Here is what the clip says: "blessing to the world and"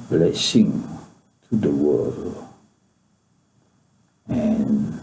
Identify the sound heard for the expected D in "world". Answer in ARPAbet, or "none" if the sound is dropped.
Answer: none